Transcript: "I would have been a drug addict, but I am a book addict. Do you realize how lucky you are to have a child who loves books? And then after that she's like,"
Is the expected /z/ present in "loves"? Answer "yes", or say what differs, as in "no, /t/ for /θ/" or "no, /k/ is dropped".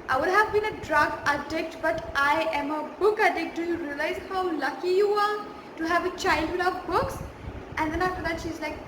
no, /z/ is dropped